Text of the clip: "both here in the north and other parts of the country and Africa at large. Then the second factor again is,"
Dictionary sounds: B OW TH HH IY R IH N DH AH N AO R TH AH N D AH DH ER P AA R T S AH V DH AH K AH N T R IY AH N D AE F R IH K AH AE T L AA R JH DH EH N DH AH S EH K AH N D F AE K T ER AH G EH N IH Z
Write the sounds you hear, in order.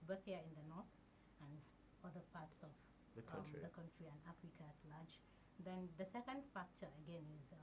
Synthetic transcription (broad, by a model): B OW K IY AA IH N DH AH N AO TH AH N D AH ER P AA T S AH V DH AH K AH N T R IY AH N D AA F R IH K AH T L AA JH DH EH N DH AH S EH K AH N D F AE K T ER AH G EH N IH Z